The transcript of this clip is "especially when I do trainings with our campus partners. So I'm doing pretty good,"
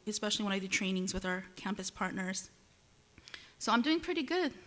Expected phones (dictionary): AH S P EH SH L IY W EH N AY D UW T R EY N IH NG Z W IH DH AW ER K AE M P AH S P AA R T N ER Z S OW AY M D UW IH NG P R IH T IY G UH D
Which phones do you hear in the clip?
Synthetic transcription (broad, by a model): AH S P EH SH L IY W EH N AY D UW T R EY N IH NG Z W IH DH AW ER K AE M P AH S P AA R T N ER Z S OW AY M D UW IH NG P R IH T IY G UH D